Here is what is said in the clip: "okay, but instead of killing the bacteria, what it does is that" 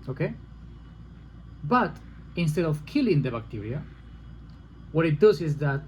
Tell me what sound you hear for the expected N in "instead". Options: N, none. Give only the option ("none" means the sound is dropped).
N